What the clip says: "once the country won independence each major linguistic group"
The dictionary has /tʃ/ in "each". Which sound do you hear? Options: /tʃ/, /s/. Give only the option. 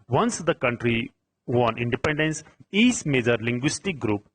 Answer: /s/